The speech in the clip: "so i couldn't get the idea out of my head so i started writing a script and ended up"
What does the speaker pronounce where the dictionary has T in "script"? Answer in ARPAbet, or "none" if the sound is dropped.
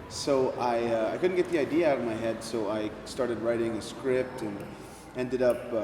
T